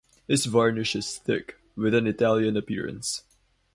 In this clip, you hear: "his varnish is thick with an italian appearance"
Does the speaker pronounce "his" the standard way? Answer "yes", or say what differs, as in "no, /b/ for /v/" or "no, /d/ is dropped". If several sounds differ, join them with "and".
no, /s/ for /z/